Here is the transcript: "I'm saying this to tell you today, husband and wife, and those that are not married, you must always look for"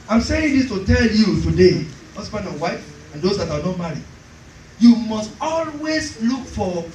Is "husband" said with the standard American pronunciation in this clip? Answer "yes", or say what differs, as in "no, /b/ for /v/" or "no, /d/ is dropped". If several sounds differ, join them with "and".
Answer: no, /d/ is dropped